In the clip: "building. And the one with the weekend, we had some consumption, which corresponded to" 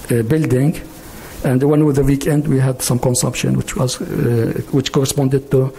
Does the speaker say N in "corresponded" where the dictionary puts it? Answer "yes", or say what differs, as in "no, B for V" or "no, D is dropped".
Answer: yes